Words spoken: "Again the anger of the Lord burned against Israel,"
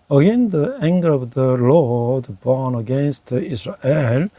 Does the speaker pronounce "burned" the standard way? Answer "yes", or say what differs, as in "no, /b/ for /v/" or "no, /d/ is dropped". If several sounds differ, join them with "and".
no, /d/ is dropped